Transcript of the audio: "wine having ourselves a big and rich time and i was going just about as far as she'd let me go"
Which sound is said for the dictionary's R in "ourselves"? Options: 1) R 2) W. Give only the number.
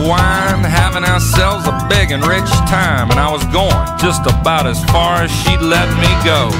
1